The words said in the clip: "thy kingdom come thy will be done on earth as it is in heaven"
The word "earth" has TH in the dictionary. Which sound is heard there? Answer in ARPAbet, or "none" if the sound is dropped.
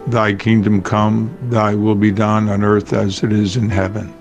TH